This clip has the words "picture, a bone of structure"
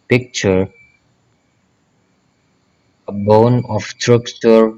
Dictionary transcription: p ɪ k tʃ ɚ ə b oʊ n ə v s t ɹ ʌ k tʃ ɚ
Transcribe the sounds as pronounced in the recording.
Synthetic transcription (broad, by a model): p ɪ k tʃ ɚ ə b oʊ n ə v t ɹ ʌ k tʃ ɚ